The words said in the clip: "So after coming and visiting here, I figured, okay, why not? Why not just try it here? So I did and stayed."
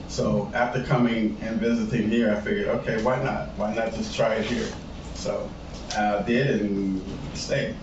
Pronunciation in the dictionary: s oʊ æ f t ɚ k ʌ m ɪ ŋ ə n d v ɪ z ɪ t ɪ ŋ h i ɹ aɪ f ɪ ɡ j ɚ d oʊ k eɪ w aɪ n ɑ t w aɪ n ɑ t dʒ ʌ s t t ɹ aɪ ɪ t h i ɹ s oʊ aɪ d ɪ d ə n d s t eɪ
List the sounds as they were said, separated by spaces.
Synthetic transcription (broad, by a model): s oʊ æ f t ɚ k ʌ m ɪ ŋ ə n v ɪ z ɪ t ɪ ŋ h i ɹ aɪ f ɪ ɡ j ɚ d oʊ k eɪ w aɪ n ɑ t w aɪ n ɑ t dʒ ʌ s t t ɹ aɪ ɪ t h i ɹ s oʊ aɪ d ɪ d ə n s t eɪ